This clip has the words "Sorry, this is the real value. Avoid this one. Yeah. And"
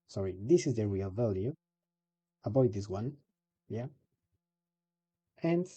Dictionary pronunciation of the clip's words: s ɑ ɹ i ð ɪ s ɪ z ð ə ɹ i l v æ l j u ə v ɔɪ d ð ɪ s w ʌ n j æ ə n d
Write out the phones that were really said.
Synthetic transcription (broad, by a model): s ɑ ɹ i ð ɪ s ɪ z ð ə ɹ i l v æ l j u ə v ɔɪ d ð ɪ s w ʌ n j æ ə n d